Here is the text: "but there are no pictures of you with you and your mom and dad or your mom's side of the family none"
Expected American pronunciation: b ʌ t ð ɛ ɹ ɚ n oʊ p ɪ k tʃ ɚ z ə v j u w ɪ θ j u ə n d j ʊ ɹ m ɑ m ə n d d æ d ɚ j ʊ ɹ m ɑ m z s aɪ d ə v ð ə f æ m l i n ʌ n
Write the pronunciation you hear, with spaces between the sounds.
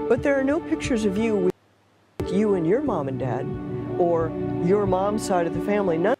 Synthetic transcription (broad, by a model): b ʌ t ð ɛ ɹ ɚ n oʊ p ɪ k tʃ ɚ z ə v j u w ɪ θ j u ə n j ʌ ɹ m ɑ m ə n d d æ d ɚ j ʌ ɹ m ɑ m s aɪ d ə v ð ə f æ m l i n ʌ